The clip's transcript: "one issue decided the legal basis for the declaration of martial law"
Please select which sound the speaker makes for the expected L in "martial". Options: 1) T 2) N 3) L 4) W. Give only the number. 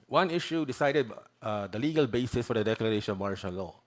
2